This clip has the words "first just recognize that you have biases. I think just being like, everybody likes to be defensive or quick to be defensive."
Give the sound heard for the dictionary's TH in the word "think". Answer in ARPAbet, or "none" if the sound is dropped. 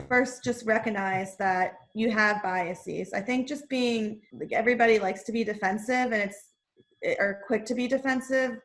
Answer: TH